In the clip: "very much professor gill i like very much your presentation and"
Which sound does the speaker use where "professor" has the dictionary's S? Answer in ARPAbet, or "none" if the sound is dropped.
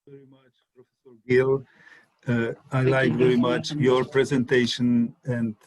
S